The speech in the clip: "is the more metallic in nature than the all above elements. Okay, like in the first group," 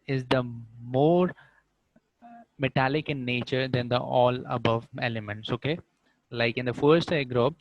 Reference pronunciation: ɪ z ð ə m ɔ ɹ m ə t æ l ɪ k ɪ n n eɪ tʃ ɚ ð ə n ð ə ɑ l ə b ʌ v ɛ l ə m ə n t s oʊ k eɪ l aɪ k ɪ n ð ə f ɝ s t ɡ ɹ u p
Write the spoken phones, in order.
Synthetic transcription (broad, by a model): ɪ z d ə m ɔ ɹ m ə t æ l ɪ k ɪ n n eɪ tʃ ɚ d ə n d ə ɑ l ə b ʌ v ɛ l ə m ə n t s oʊ k eɪ l aɪ k ɪ n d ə f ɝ s t ɡ ɹ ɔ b